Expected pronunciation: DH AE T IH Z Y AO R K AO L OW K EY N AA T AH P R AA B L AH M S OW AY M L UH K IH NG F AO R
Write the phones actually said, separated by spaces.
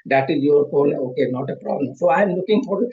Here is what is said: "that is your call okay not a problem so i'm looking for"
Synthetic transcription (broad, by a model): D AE T IH Z Y AO R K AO N OW K EY N AA T AH P R AA B L AH M S OW AY M L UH K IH NG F AO R